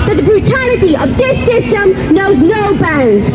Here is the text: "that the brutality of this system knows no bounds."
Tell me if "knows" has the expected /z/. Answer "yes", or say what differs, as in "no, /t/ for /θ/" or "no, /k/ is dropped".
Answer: yes